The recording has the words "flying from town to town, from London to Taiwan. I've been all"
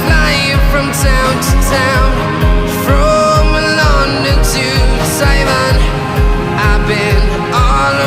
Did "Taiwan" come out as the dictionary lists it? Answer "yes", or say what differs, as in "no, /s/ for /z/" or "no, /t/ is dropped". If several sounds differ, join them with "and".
no, /s/ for /t/